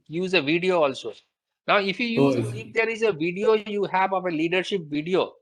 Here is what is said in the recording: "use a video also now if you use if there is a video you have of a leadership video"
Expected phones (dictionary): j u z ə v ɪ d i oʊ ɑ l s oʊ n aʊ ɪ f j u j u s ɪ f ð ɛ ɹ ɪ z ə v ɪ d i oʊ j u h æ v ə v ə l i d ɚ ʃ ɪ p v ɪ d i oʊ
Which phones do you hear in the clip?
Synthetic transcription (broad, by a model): j u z ə v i d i oʊ ɑ l s oʊ n aʊ ɪ f j u j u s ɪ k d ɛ ɹ ɪ z ə v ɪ d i oʊ j u h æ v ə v ə l i d ɚ ʃ ɪ p v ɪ d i oʊ